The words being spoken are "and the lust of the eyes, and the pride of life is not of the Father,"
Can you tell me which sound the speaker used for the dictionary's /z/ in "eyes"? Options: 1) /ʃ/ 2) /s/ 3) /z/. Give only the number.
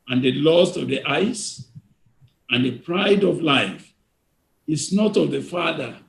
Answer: 2